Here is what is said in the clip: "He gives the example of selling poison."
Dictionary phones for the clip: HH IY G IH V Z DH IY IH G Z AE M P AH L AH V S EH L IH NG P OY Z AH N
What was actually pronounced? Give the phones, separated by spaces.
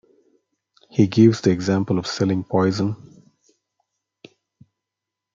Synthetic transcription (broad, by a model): HH IY G IH V Z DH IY IH G Z AE M P AH L AH V S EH L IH NG P OY Z AH N